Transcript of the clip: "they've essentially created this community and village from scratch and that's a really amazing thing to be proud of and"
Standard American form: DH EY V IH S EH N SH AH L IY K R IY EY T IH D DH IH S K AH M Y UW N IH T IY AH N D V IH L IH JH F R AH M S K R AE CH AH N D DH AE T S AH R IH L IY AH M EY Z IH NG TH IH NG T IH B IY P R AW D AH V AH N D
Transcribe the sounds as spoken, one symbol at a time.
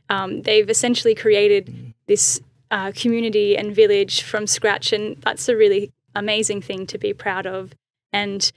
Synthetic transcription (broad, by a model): DH EY V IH S EH N SH L IY K R IY EY T IH D DH IH S K AH M Y UW N IH T IY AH N V IH L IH ZH F R AH M S K R AE CH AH N DH AE T S AH R IH L IY AH M EY Z IH NG TH IH NG T IH B IY P R AW D AH V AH N